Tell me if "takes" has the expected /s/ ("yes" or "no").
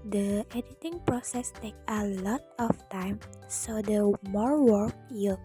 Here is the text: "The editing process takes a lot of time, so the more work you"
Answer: no